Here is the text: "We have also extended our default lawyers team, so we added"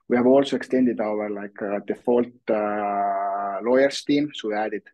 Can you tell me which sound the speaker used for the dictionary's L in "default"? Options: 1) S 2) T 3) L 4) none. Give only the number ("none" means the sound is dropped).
3